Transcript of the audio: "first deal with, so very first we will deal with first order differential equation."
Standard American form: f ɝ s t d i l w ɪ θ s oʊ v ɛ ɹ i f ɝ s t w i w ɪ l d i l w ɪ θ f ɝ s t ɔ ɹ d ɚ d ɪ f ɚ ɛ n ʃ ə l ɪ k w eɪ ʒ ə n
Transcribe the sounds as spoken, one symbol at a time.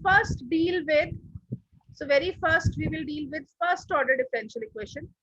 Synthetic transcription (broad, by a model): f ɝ s t d i l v ɪ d s oʊ v ɛ ɹ i f ɝ s t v i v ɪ l d i l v ɪ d f ɝ s t ɔ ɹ d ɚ d ɪ f ɚ ɛ n ʃ ə l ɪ k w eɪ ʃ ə n